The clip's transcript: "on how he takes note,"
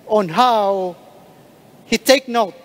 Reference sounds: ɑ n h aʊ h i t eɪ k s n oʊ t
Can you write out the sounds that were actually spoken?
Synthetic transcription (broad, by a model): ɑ n h aʊ h i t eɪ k n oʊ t